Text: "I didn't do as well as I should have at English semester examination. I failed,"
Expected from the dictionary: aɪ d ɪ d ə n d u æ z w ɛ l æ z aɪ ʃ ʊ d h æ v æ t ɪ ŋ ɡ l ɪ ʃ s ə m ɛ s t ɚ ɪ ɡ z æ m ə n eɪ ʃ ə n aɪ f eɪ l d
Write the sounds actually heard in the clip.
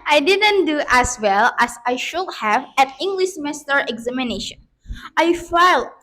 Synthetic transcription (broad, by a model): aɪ d ɪ d ə n d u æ s w ɛ l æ s aɪ ʃ ʊ d h æ v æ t ɪ ŋ ɡ l ɪ ʃ m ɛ s t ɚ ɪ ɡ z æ m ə n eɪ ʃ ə n aɪ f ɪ l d